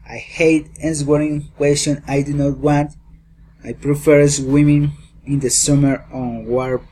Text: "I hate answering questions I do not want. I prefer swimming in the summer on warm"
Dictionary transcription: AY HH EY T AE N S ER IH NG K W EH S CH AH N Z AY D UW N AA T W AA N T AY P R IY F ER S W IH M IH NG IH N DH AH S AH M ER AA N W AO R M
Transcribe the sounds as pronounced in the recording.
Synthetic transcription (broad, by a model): AY HH EY T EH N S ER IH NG K W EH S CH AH N AY D UW N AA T W AA N T AY P R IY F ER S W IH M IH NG IH N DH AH S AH M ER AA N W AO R